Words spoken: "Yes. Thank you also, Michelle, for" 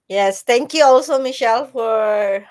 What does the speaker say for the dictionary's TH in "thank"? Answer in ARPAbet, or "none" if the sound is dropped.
T